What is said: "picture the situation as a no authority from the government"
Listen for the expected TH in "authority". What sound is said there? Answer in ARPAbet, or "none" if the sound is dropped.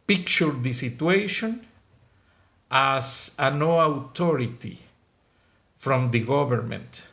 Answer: T